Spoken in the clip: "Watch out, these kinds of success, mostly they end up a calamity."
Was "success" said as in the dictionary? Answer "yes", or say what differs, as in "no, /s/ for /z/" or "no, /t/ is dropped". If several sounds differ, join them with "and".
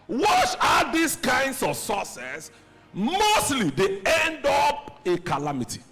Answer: no, /k/ is dropped